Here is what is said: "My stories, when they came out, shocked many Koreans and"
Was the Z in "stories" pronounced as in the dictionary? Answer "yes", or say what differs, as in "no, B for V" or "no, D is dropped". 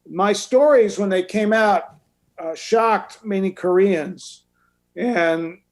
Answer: yes